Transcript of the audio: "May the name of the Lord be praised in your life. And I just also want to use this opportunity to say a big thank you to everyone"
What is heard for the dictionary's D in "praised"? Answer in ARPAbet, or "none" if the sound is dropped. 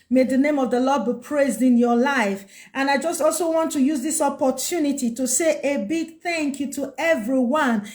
D